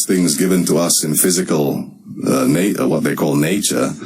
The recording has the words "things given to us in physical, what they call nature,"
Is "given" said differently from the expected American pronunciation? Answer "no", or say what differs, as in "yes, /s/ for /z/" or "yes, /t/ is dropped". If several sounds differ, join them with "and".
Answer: no